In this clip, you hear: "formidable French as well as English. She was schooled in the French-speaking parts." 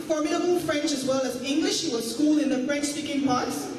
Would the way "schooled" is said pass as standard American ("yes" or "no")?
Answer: no